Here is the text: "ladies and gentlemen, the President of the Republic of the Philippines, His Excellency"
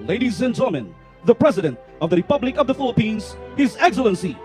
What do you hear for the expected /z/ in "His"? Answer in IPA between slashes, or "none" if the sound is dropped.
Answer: /z/